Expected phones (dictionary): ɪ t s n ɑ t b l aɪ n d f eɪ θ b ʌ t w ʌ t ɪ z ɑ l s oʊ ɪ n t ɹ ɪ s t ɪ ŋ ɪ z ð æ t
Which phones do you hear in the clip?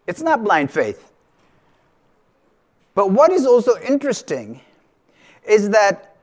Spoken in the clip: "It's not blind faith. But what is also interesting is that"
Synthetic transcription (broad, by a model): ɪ t s n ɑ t b l aɪ n d f eɪ θ b ʌ t w ʌ t ɪ z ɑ l s oʊ ɪ n t ɹ ɪ s t ɪ ŋ ɪ z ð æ t